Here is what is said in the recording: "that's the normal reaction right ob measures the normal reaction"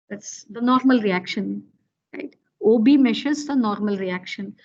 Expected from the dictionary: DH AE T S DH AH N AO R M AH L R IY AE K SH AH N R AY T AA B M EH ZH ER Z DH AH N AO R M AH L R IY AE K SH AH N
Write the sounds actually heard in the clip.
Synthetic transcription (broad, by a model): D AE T S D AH N AO R M AH L R IY AE K SH AH N R AY T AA B M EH SH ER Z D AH N AO R M AH L R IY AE K SH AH N